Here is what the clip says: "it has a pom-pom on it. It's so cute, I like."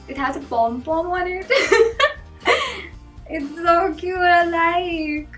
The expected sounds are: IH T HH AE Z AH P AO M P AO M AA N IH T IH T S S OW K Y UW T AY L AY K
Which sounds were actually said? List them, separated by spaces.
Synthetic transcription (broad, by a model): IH T HH AE Z AH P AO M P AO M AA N IH T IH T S S OW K Y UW AH L AY K